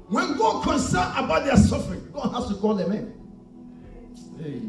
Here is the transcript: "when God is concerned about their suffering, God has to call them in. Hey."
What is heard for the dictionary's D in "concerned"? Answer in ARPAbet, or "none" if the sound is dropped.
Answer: none